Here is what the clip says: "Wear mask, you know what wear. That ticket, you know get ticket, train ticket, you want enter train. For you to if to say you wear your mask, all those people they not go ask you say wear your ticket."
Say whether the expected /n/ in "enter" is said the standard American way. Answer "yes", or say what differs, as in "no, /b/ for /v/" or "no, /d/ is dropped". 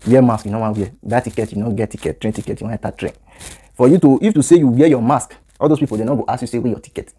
no, /n/ is dropped